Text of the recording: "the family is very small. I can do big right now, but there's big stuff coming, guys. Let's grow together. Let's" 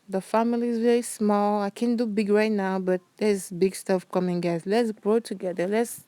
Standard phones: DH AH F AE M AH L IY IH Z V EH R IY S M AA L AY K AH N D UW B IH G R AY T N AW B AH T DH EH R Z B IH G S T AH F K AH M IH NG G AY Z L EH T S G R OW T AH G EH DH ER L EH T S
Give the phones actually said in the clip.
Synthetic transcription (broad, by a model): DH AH F AE M AH L IY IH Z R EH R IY S M AA L AY K AH N D UW B IH G R AY T N AW B AH T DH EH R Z B IH G S T AH F K AH M IH NG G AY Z L EH T S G R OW T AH G EH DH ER L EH T S